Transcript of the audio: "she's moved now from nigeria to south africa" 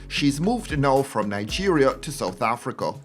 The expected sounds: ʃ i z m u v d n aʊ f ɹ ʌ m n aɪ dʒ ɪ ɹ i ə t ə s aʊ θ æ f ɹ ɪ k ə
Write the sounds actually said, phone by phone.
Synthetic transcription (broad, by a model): ʃ i z m u v d n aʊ f ɹ ʌ m n aɪ dʒ ɪ ɹ i ə t ə s aʊ θ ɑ f ɹ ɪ k ə